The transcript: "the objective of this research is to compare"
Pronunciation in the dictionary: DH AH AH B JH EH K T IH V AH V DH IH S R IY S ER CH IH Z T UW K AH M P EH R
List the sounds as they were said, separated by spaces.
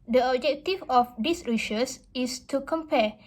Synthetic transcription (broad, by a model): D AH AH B JH EH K T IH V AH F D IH S R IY SH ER S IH S T UW K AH M P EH